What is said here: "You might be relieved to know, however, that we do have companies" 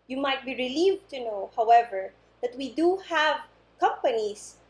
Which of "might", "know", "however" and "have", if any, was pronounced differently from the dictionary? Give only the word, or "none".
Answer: none